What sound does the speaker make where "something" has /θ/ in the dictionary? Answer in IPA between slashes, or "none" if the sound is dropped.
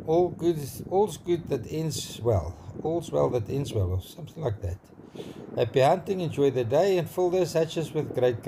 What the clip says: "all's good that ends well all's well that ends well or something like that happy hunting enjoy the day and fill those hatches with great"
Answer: /θ/